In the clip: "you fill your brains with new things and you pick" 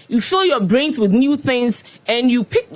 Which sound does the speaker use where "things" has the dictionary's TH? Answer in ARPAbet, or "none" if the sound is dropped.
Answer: TH